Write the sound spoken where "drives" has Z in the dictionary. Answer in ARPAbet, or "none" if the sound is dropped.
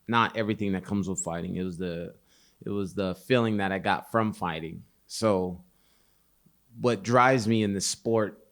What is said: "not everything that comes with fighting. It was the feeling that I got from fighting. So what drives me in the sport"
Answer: Z